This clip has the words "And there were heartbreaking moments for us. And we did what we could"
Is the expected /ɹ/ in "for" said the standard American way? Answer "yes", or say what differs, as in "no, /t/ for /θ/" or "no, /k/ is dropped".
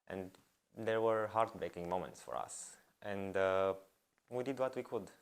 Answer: yes